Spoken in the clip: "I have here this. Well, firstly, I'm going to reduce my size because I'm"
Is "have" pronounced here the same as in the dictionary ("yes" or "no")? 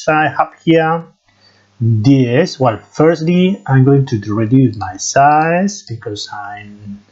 no